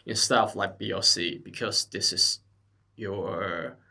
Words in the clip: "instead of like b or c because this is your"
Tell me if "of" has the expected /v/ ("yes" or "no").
no